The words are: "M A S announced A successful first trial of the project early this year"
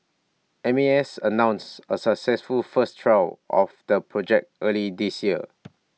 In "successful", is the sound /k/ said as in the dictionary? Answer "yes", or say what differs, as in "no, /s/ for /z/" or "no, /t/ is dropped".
yes